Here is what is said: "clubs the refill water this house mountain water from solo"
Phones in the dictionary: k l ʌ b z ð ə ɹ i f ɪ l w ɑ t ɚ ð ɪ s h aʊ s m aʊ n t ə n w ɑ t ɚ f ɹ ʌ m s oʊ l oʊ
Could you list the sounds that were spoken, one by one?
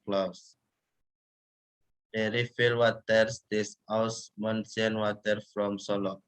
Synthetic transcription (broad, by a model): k l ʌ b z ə ɹ i f ɪ l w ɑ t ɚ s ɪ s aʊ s m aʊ n s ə n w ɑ t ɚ f ɹ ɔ m s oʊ l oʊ